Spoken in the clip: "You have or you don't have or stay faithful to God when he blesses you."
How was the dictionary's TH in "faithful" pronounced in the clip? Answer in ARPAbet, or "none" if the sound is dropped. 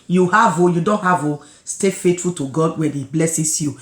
T